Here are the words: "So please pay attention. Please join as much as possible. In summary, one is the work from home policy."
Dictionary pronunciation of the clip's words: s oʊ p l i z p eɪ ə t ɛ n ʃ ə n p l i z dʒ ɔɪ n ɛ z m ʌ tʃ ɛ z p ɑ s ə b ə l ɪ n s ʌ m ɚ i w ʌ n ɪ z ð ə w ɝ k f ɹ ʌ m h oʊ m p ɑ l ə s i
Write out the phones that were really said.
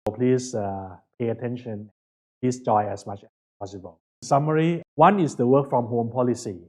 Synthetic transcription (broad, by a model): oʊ p l i s p eɪ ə t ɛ n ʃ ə n p l i s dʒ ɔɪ ɛ s m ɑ tʃ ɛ s p ɑ s ə b ə l s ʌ m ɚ i w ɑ n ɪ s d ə w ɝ k f ɹ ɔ m h oʊ m p ɑ l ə s i